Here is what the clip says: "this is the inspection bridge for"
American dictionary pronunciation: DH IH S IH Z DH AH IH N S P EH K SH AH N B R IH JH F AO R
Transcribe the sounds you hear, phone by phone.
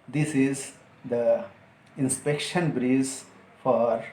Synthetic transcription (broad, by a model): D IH S IH Z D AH IH N S P EH K SH AH N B R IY Z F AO R